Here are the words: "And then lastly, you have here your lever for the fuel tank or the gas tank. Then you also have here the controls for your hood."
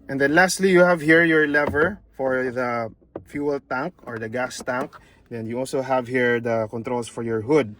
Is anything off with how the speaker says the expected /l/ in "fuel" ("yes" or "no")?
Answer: no